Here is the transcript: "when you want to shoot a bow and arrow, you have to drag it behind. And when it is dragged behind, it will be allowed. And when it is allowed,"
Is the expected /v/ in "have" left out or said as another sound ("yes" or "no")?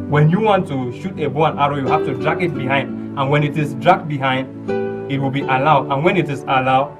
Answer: yes